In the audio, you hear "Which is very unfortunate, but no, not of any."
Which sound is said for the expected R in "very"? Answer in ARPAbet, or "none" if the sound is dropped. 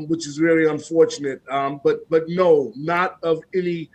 L